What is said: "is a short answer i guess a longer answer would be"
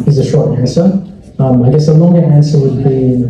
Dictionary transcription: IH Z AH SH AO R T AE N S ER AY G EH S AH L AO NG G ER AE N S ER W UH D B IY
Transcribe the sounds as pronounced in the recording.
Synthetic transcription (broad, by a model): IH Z AH SH AO R T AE N S ER AY G EH S AH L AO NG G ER AE N S ER W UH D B IY